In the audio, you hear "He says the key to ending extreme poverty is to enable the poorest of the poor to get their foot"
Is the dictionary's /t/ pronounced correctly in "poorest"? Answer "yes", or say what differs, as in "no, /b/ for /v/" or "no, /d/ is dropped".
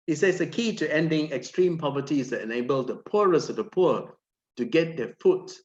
no, /t/ is dropped